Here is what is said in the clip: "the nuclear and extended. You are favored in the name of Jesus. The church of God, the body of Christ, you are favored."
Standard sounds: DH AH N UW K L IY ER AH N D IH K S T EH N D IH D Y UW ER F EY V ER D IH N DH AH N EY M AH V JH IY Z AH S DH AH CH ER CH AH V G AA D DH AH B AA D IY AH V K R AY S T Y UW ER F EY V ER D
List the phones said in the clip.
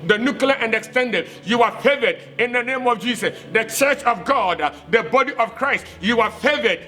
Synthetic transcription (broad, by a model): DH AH N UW K L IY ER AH N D IH K S T EH N D IH D Y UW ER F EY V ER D IH N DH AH N EY M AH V JH IY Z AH S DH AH CH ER CH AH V G AA D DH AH B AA D IY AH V K R AY S T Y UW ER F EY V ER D